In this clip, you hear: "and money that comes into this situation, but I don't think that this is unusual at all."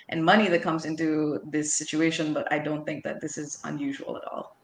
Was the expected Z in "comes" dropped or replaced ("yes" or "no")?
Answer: no